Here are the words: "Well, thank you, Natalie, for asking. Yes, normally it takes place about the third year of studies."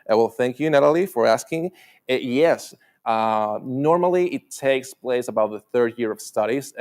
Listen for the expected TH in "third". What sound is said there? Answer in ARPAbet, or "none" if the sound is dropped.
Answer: TH